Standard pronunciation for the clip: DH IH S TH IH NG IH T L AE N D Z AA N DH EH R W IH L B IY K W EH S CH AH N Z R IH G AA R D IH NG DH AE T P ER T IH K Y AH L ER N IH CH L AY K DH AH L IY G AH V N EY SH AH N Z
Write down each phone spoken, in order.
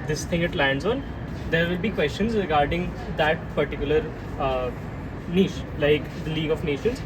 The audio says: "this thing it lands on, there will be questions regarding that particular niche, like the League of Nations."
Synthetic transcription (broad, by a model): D IH S T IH NG IH T L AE N D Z AA N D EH R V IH L B IY K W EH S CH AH N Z R IH G AA R D IH NG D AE T P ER T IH K Y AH L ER N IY SH L AY K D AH L IY G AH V N EY SH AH N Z